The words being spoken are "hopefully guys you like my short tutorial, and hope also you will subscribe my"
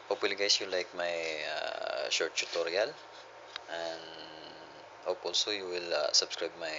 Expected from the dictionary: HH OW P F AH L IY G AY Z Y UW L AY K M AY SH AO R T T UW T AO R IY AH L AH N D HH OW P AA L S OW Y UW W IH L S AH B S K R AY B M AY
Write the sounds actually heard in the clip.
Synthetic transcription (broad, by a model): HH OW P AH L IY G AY S Y UW L AY K M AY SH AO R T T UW T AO R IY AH L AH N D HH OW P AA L S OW Y UW W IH L S AH B S K R AY B M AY